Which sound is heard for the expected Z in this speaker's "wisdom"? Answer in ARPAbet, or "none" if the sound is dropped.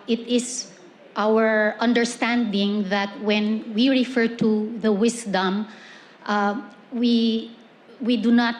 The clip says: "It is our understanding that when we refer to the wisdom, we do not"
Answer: S